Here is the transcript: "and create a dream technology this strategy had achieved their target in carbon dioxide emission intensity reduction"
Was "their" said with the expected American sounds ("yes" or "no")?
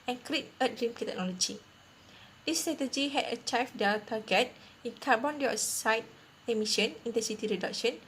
no